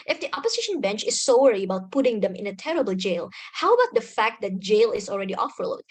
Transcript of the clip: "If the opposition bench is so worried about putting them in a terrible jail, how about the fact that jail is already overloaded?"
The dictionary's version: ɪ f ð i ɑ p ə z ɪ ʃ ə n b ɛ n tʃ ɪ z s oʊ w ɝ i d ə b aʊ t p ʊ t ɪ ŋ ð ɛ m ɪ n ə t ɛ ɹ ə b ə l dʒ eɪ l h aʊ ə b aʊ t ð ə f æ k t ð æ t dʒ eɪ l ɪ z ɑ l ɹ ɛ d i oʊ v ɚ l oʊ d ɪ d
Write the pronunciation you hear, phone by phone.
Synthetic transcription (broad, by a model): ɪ f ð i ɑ p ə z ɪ ʃ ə n b ɛ n tʃ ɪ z s oʊ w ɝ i ə b aʊ t p ʊ t ɪ ŋ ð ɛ m ɪ n ə t ɛ ɹ ə b ə l dʒ eɪ l h aʊ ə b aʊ t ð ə f æ k t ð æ t dʒ eɪ l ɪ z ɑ l ɹ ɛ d i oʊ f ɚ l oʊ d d